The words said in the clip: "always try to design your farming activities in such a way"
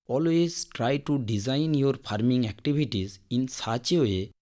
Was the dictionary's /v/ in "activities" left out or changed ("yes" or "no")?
yes